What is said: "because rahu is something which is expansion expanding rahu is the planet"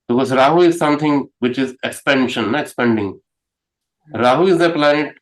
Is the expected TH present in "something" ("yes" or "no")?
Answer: no